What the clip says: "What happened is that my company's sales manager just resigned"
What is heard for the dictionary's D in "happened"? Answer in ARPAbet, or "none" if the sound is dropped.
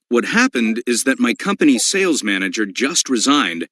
D